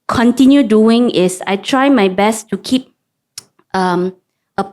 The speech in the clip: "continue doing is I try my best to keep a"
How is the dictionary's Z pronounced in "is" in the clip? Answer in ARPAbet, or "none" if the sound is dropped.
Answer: S